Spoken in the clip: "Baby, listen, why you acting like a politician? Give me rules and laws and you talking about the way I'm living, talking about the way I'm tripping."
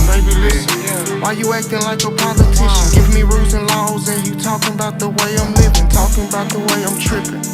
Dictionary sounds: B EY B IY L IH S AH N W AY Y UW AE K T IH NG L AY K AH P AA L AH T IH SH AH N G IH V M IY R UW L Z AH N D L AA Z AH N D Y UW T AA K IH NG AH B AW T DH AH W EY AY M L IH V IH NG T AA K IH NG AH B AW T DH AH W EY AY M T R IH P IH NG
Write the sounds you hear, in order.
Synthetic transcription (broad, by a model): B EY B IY L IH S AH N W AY Y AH AE K T IH NG L AY K AH P AA L AH T IH SH AH N G IH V M IY R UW Z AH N L AA Z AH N Y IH T AA K IH NG AH B AW T DH AH W EY AY M L IH V IH NG T AA K IH NG AH B AW T DH AH W EY AY M T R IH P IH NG